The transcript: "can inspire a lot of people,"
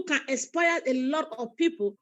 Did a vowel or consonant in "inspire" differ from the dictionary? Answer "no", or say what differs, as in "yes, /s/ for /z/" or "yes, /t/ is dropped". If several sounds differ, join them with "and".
yes, /n/ is dropped